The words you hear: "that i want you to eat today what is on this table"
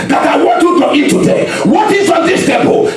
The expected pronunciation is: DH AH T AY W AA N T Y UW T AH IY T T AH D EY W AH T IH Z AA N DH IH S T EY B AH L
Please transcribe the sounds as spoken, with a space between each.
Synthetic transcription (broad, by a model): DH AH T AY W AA T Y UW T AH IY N T AH D EY W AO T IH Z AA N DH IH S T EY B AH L